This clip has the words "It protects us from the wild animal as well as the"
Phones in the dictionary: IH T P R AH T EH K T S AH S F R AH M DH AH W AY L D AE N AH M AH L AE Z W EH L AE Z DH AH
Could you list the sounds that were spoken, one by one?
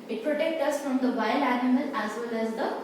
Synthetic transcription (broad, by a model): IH T P R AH T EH K T AH S F R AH M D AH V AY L AE N AH M AH L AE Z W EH L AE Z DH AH